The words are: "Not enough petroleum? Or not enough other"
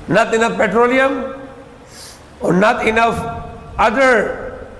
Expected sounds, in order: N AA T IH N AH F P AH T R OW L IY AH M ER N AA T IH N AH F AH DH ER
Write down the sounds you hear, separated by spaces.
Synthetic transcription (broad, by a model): N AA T IH N AH F P AH T R OW L IY AH M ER N AA T IH N AH F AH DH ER